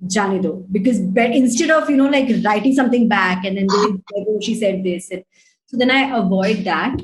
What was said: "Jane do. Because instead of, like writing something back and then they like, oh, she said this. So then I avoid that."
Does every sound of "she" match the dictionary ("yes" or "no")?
yes